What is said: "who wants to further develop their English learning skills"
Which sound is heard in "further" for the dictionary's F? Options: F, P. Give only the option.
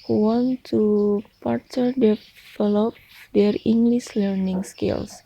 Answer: P